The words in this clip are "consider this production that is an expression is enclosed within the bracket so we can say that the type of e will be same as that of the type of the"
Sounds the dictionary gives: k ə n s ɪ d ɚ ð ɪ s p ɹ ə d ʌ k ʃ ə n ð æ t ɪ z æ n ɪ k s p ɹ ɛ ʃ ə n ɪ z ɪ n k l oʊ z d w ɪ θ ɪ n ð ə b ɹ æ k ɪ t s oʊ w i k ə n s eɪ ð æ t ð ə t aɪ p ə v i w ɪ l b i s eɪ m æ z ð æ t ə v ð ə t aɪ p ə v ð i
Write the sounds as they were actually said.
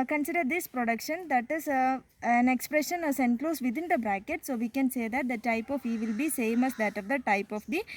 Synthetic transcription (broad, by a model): k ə n s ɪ d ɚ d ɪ s p ɹ ə d ʌ k ʃ ə n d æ t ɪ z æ n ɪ k s p ɹ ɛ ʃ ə n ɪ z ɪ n k l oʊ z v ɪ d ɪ n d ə b ɹ æ k ɪ t s oʊ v i k ə n s eɪ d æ t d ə t aɪ p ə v i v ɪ l b i s eɪ m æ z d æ t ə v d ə t aɪ p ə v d i